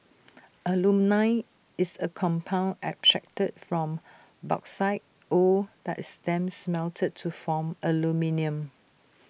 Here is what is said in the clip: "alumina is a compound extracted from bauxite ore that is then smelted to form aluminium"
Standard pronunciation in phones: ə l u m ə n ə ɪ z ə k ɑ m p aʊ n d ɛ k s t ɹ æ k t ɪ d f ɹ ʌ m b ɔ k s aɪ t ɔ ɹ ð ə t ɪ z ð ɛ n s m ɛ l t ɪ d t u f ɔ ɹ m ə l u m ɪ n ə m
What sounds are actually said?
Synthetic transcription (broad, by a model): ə l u m n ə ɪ s ə k ɑ m p aʊ n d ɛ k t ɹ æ k t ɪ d f ɹ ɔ m b ɔ k s aɪ t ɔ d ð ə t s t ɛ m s m ɛ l t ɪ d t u f ɔ m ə l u m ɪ n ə m